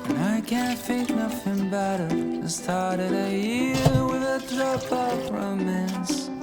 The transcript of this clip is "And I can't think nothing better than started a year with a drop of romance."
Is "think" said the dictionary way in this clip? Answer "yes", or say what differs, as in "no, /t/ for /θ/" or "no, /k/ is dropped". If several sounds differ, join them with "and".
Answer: no, /f/ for /θ/